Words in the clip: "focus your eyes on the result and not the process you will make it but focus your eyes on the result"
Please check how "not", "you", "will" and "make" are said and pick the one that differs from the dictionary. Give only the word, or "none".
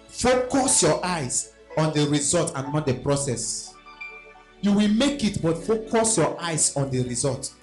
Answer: none